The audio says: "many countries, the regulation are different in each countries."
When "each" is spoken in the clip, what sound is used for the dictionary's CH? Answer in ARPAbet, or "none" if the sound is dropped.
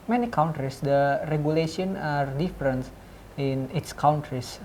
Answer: S